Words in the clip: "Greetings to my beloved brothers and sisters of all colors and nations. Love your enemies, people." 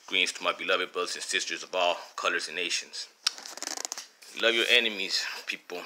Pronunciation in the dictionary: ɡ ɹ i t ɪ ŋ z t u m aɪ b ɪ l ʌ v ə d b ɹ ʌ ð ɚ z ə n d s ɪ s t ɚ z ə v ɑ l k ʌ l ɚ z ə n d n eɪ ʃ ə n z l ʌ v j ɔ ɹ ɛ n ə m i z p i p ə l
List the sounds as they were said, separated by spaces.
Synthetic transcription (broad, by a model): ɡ ɹ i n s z t u m aɪ b ɪ l ʌ v ə d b ʌ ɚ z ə n s ɪ s t ɚ z ə v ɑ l k ʌ l ɚ z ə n n eɪ ʃ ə n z l ʌ v j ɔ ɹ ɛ n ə m i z p i p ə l